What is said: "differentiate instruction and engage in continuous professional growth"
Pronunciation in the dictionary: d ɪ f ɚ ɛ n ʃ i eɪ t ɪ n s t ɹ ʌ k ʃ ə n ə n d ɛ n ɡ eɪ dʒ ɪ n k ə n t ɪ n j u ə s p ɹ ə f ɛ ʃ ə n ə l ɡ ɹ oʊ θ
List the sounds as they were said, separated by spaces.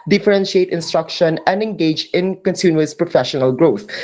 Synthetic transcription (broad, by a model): d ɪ f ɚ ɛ n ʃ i eɪ t ɪ n s t ɹ ʌ k ʃ ə n ə n d ɛ n ɡ eɪ dʒ ɪ n k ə n s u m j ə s p ɹ ə f ɛ ʃ ə n ə l ɡ ɹ oʊ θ